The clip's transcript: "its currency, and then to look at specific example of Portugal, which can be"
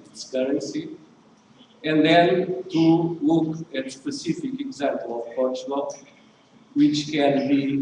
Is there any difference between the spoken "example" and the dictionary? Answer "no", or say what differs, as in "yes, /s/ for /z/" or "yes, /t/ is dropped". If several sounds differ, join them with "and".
no